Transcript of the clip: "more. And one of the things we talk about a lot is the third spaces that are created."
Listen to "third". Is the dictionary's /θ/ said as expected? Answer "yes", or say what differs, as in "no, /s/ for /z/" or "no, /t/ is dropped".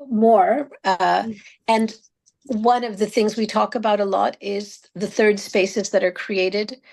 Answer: yes